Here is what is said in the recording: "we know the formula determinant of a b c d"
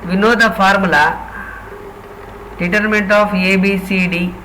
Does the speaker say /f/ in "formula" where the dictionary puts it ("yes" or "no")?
no